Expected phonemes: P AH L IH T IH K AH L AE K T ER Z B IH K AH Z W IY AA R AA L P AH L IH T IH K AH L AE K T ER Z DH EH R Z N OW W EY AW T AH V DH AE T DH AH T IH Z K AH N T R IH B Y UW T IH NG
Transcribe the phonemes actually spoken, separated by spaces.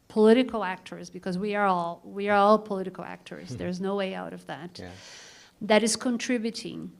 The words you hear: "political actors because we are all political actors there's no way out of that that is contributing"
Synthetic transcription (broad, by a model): P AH L IH T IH K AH L AE K T ER Z B IH K AH Z W IY AA R AA L P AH L IH T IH K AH L AE K T ER Z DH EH R Z N OW W EY AW T AH V DH AE T DH AH T IH Z K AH N T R IH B Y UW T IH NG